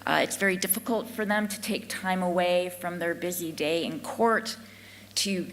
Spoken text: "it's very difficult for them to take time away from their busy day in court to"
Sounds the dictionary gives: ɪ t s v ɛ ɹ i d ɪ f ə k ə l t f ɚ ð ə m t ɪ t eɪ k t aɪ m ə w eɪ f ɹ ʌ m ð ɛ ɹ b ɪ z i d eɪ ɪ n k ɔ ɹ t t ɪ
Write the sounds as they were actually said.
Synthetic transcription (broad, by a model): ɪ t s v ɛ ɹ i d ɪ f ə k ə l t f ɚ ð ə m t ɪ t eɪ k t aɪ m ə w eɪ f ɹ ʌ m ð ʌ ɹ b ɪ z i d eɪ ɪ n k ɔ ɹ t t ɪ